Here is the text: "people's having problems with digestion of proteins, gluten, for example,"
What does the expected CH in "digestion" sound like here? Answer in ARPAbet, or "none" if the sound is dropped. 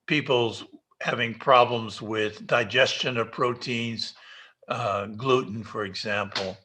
CH